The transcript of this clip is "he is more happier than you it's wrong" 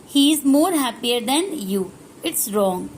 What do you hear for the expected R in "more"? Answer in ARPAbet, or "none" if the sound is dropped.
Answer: R